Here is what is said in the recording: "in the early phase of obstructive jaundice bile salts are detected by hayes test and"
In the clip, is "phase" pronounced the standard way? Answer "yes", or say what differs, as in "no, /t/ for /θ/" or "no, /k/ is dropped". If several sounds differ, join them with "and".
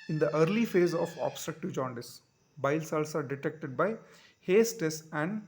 yes